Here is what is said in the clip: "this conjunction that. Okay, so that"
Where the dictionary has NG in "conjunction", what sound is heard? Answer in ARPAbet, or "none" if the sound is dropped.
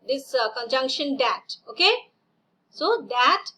NG